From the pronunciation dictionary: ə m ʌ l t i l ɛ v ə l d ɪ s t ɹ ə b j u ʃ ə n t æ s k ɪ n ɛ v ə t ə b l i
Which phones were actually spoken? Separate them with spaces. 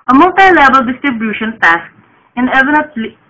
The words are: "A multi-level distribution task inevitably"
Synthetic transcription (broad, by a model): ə m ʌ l t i l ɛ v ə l d ɪ s t ɹ ə b j u ʃ ə n t æ s k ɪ n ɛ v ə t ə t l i